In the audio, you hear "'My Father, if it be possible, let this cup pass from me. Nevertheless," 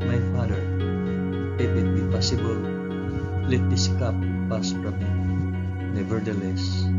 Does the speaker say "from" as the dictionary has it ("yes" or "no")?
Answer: no